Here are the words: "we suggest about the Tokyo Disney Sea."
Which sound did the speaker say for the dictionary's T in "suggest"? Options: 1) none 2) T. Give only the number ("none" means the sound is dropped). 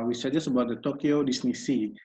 1